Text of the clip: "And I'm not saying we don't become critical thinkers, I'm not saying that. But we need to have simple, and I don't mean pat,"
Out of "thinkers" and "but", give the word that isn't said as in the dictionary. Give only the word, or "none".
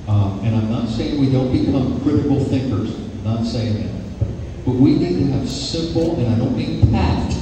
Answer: none